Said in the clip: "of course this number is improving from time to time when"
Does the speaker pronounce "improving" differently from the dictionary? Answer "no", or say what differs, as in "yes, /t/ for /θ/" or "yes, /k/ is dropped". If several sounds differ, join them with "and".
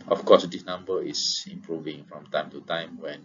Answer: no